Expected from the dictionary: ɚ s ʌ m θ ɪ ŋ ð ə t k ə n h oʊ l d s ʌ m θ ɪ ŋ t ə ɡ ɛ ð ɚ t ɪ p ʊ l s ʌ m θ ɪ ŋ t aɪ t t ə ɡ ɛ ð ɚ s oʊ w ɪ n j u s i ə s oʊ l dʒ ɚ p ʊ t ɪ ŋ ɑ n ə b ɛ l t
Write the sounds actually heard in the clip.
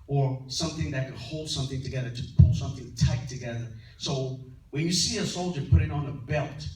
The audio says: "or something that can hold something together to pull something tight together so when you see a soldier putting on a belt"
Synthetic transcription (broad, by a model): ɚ s ʌ m θ ɪ ŋ ð ə t k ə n h oʊ l d s ʌ m θ ɪ ŋ t ə ɡ ɛ ð ɚ t ɪ p ʊ l s ʌ m θ ɪ ŋ t aɪ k t ə ɡ ɛ ð ɚ s oʊ w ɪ n j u s i ə s oʊ l dʒ ɚ p ʊ t ɪ ŋ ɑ n ə b ɛ l t